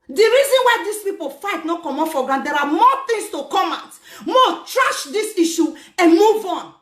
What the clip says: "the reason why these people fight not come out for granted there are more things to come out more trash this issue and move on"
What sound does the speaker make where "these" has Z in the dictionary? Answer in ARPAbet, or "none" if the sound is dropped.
S